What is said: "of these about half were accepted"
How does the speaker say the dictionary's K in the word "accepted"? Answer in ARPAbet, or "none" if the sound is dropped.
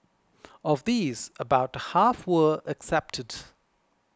K